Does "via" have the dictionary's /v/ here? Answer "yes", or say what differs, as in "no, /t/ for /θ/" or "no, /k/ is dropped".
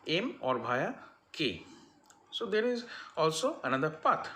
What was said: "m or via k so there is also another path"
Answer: no, /b/ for /v/